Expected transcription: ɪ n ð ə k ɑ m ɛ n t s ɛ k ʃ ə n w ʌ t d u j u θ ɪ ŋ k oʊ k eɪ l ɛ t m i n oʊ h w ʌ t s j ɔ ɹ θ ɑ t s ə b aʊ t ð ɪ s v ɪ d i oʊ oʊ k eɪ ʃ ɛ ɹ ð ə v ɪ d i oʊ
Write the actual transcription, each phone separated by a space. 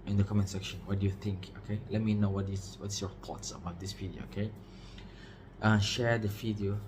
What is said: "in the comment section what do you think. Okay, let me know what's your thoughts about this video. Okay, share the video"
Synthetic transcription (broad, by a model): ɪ n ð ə k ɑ m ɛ n s ɛ k ʃ ə n w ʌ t d u j u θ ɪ ŋ k oʊ k eɪ l ɛ t m i n oʊ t w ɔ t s j ɔ ɹ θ ɑ t s ə b aʊ t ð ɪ s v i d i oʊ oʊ k eɪ ʃ ɛ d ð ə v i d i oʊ